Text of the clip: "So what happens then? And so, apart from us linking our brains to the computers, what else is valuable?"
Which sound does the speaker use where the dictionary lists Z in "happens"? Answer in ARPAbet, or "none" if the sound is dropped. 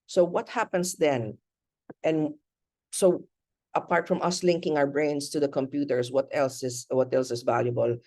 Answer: S